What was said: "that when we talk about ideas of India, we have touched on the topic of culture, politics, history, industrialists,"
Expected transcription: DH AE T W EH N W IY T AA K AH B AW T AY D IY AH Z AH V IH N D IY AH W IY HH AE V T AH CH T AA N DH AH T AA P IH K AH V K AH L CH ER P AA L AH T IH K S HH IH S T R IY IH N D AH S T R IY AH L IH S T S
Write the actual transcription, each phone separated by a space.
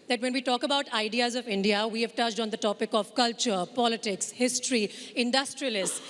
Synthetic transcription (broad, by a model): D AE T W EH N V IY T AA K AH B AW T AY D IY AH Z AH V IH N D IY AH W IY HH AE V T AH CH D AA N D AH T AA P IH K AH V K AH L CH ER P AA L AH T IH K S HH IH S T R IY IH N D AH S T R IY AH L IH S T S